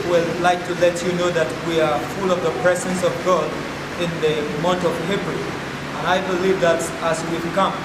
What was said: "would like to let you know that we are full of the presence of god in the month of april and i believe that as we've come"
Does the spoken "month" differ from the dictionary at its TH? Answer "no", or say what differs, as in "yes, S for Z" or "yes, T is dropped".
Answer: yes, T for TH